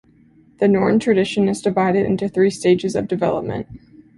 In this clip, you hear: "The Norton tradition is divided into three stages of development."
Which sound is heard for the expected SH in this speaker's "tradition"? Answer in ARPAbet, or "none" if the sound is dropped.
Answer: SH